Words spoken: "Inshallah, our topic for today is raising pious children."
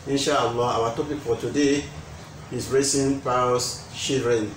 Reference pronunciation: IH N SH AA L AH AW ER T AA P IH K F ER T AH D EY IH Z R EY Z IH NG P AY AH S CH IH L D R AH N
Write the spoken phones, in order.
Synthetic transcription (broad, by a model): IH N SH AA L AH AW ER T AA P IH K F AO T AH D EY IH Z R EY S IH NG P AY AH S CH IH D R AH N